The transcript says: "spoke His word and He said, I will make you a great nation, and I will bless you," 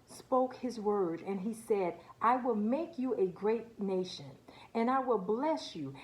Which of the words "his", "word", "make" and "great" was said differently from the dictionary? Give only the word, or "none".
none